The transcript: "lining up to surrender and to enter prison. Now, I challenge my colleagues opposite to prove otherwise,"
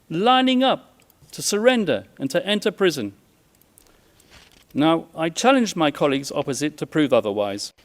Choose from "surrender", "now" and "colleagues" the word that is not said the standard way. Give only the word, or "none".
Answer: none